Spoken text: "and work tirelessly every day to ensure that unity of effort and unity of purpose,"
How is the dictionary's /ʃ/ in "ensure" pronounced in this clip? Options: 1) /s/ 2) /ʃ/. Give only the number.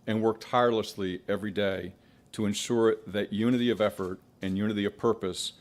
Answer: 2